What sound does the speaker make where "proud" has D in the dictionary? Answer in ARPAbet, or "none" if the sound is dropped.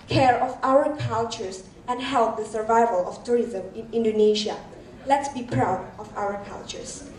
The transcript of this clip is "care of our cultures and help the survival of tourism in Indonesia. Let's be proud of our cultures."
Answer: D